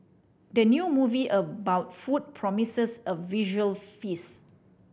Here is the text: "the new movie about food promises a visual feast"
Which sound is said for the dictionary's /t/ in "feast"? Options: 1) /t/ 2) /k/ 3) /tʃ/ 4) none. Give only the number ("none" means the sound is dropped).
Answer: 4